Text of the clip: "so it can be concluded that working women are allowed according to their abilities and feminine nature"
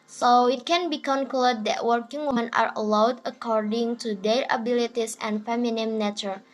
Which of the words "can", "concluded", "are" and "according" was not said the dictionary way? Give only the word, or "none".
concluded